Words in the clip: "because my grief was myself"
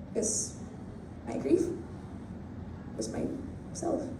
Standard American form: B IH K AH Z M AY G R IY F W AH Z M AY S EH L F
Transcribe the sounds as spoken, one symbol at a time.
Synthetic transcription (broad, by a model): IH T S M AY G R IY F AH S M AY S EH L F